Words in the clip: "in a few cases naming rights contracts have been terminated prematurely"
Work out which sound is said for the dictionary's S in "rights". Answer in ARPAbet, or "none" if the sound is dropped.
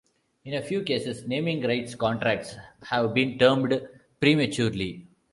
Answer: S